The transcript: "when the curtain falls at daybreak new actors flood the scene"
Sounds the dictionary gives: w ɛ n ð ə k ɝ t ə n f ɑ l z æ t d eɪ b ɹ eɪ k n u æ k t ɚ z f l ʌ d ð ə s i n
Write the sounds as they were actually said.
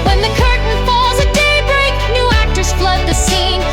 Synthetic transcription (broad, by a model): w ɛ n ð ə k ɝ t n f ɑ l z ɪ d eɪ b ɹ eɪ k n u æ k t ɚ s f l ʌ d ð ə s i n